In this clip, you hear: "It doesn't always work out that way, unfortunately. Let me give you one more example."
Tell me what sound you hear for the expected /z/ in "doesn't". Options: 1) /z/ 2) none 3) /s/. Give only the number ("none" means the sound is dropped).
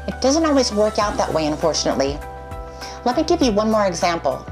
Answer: 1